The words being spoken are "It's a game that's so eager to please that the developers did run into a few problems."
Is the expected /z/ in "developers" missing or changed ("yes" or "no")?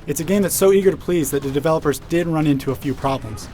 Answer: no